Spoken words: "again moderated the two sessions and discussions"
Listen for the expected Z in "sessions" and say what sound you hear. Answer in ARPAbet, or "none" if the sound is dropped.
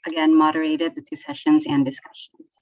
Z